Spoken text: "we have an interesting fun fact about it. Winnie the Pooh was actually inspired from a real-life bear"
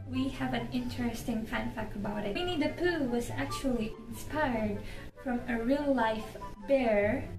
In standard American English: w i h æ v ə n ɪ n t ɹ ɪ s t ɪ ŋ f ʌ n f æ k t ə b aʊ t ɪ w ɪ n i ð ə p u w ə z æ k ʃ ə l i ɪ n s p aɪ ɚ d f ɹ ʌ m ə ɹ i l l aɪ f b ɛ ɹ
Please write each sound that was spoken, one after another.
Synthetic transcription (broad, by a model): w i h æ v ə n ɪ n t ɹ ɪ s t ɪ ŋ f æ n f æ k ə b aʊ t ɪ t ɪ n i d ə p u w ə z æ k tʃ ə l i ɪ n s p aɪ ɚ d f ɹ ʌ m ə ɹ i l l aɪ f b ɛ ɹ